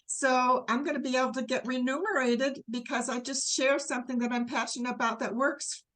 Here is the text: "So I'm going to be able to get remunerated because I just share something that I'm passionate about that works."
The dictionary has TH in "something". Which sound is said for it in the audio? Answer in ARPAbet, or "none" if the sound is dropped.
TH